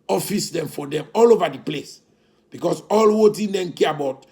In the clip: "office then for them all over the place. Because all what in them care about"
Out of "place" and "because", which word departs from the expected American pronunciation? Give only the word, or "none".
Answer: because